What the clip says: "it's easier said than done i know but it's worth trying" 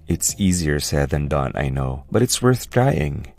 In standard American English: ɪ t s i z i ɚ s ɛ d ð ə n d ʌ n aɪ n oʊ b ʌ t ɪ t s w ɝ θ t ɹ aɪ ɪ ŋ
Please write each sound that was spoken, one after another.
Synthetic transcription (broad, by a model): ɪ t s i z i ɚ s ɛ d ð ə n d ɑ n aɪ n oʊ b ʌ t ɪ t s w ɝ θ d ɹ aɪ ɪ ŋ